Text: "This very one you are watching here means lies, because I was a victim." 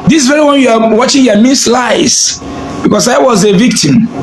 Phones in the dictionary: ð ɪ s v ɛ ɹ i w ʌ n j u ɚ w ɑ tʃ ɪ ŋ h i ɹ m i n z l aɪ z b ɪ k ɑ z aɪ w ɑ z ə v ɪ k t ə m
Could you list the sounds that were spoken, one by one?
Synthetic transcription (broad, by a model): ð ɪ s v ɛ ɹ i w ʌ n j u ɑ w ɑ tʃ ɪ ŋ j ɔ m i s l aɪ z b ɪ k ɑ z aɪ w ɑ z ə v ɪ k t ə m